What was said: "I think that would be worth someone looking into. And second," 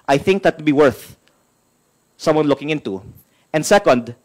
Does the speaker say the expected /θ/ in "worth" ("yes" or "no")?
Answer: yes